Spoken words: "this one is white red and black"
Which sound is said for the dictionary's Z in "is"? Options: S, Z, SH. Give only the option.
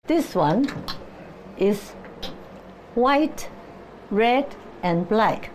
S